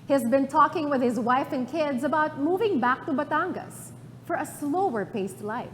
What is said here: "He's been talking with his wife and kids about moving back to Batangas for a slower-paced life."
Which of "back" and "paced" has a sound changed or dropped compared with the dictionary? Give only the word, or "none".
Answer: none